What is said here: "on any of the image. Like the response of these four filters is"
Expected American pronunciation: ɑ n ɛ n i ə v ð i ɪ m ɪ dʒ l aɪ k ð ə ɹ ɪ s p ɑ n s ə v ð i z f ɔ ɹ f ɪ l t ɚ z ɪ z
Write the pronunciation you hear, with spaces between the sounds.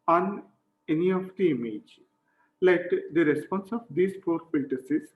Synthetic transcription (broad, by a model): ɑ n ɛ n i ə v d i ɪ m ɪ dʒ l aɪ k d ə ɹ ɪ s p ɑ n s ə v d i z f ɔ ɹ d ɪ t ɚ s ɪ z